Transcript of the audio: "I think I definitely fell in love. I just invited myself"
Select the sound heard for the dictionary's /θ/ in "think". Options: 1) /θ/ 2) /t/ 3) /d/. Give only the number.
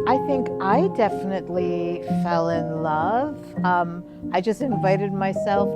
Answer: 1